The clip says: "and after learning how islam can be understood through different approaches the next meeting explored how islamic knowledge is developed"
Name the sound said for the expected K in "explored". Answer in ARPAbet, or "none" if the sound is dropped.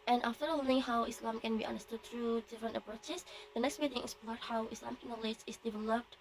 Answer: none